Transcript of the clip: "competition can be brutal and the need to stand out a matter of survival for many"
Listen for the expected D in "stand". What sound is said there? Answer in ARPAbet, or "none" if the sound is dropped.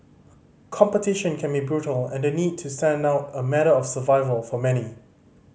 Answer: D